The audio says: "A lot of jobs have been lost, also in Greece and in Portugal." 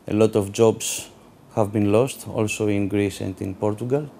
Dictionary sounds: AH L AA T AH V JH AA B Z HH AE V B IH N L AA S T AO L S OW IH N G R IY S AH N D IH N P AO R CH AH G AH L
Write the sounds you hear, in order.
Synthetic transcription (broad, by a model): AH L AA T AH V JH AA B S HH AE V B IH N L AA S T AO L S OW IH N G R IY S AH N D IH N P AO R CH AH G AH L